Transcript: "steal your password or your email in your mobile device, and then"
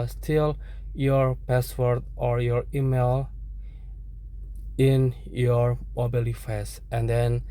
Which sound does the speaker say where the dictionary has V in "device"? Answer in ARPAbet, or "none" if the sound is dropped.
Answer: F